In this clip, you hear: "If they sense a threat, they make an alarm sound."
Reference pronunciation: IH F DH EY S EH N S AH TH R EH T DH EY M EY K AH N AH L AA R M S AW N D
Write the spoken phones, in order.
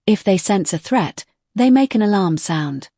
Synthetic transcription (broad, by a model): IH F DH EY S EH N S AH TH R EH T DH EY M EY K AH N AH L AA R M S AW N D